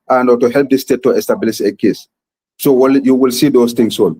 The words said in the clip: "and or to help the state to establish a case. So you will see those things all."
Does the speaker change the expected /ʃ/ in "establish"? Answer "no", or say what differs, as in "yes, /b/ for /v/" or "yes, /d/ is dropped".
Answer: yes, /s/ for /ʃ/